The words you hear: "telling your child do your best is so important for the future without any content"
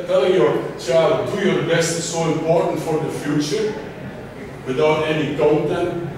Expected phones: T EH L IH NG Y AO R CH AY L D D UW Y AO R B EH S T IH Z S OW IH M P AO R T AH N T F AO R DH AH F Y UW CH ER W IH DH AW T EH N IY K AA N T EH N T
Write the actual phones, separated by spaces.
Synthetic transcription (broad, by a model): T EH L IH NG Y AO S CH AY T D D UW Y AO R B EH S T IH S OW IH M P AO R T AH N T F AO R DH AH F Y UW CH ER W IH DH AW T EH N IY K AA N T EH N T